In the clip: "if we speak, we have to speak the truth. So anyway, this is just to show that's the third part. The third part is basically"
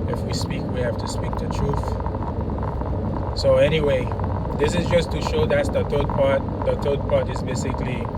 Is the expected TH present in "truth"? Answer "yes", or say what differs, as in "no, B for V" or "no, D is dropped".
yes